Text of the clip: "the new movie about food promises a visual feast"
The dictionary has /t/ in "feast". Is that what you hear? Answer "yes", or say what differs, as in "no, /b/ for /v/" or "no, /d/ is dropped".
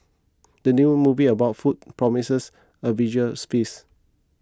no, /t/ is dropped